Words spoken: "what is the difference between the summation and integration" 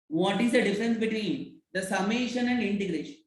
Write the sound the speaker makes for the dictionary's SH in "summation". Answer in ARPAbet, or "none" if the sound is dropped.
SH